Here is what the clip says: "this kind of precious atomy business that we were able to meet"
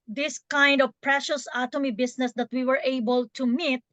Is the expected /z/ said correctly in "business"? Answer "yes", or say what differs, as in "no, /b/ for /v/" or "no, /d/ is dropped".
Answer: no, /s/ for /z/